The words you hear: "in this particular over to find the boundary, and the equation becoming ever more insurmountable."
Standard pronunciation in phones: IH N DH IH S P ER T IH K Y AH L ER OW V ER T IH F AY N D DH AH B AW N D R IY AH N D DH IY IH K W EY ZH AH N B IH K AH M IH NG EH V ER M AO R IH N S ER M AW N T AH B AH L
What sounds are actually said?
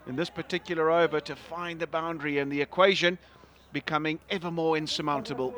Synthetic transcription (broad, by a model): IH N DH IH S P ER T IH K Y L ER OW V ER T IH F AY N DH AH B AW N D R IY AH N DH IY IH K W EY ZH AH N B IH K AH M IH NG EH V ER M AO R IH N S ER M AW N T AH B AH L